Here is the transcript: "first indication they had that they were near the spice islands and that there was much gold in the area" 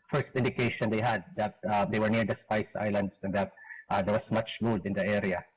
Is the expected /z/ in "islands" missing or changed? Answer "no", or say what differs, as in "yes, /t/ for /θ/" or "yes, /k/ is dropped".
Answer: yes, /s/ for /z/